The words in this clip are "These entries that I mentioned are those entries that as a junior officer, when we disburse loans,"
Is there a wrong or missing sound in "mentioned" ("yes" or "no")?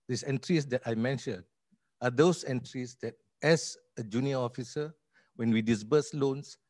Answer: yes